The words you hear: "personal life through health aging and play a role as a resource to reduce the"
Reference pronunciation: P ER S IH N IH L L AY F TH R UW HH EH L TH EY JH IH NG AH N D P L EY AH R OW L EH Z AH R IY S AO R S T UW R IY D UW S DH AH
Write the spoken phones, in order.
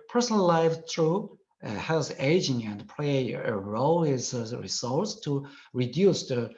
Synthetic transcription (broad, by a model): P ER S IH N L L AY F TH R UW HH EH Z EY JH IH NG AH N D P L EY AH R OW L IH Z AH R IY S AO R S T UW R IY D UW S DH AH